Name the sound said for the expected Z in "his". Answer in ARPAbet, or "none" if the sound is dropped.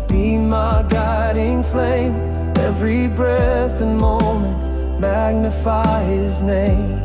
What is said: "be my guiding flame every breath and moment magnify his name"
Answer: Z